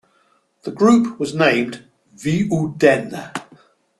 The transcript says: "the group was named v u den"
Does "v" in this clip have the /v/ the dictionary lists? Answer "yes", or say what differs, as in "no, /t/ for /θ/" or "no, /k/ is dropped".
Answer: yes